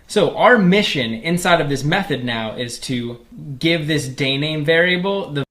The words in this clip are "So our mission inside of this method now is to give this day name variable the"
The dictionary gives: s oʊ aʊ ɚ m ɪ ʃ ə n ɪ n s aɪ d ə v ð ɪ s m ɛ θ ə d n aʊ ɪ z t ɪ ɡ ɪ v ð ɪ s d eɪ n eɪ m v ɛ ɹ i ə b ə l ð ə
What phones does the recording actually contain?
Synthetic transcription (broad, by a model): s oʊ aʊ ɚ m ɪ ʃ ə n ɪ n s aɪ d ə v ð ɪ s m ɛ θ ə d n aʊ ɪ z t ɪ ɡ ɪ v ð ɪ s d eɪ n eɪ m v ɛ ɹ i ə b l ð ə